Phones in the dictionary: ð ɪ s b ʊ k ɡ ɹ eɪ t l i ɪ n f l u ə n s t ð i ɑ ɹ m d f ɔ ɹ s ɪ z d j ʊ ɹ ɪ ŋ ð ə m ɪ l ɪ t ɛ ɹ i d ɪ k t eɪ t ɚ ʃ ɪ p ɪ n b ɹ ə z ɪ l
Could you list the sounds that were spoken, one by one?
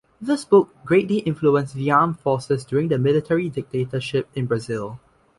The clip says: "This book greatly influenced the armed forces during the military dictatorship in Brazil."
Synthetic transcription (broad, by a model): ð ɪ s b ʊ k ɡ ɹ eɪ t l i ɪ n f l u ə n s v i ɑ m f ɔ s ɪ s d j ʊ ɹ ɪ ŋ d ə m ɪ l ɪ t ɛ ɹ i d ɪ k t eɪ t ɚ ʃ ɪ p ɪ n b ɹ ə z ɪ l